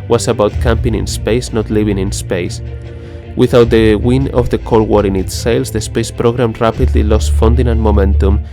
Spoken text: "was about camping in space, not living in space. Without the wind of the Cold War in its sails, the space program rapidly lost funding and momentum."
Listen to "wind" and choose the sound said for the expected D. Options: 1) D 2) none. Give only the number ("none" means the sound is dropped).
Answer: 2